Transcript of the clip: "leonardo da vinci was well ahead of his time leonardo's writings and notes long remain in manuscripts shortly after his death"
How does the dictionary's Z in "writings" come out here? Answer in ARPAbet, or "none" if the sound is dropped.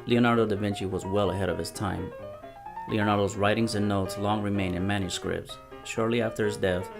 Z